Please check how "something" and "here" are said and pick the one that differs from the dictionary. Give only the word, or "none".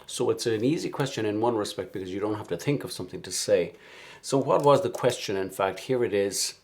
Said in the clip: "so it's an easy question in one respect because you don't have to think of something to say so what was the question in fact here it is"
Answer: none